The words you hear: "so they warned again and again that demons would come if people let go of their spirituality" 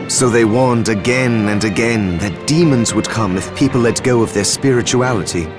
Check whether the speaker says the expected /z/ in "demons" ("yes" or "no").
yes